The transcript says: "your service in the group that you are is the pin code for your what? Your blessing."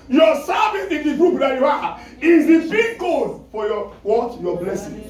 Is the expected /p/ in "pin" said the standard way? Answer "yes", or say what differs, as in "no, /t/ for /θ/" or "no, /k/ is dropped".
no, /b/ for /p/